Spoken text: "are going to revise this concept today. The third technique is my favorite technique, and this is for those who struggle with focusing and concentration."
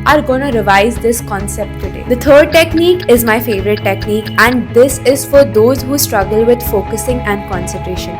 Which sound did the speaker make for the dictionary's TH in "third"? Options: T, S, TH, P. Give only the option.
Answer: T